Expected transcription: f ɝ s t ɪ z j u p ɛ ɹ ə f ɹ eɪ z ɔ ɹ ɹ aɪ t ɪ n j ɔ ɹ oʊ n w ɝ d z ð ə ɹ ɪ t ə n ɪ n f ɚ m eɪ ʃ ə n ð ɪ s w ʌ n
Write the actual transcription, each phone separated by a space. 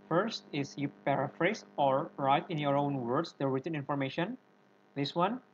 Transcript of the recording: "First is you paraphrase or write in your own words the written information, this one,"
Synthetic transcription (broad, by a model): f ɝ s t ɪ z j u p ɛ ɹ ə f ɹ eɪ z ɔ ɹ ɹ aɪ t ɪ n j ɔ ɹ oʊ n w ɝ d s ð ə ɹ ɪ t ə n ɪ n f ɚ m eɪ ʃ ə n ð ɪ s w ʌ n